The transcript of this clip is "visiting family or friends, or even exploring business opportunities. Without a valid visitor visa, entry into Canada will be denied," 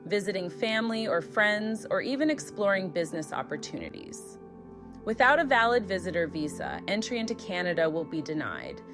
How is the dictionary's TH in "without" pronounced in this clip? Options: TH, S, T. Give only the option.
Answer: TH